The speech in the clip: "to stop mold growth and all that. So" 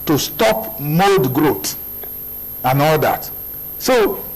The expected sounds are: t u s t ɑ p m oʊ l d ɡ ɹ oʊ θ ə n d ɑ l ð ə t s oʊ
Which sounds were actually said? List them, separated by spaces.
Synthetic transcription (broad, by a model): t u s t ɑ p m oʊ l d ɡ ɹ oʊ t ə n ɑ l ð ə t s oʊ